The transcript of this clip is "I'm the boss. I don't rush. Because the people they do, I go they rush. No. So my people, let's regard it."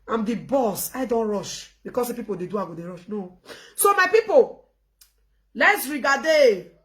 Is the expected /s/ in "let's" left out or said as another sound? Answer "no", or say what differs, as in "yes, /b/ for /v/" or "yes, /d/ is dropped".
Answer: no